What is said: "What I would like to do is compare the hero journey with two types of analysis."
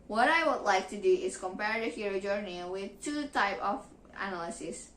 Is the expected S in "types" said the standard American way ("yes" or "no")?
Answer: no